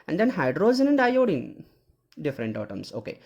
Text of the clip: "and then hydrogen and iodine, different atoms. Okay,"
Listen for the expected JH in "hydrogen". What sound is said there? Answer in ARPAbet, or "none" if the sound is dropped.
Z